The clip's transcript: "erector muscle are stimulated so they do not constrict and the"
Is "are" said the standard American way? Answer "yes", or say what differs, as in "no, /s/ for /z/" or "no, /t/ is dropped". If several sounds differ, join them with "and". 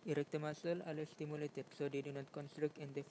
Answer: no, /l/ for /ɹ/